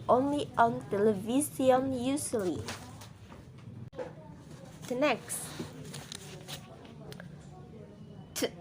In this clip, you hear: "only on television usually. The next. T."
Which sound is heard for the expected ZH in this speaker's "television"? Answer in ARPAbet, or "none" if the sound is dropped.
S